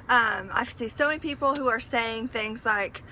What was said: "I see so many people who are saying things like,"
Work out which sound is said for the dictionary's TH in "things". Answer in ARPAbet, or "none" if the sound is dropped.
TH